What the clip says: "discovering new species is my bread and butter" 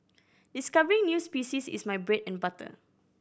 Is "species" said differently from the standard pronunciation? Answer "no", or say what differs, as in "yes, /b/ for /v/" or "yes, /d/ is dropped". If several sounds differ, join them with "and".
yes, /s/ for /z/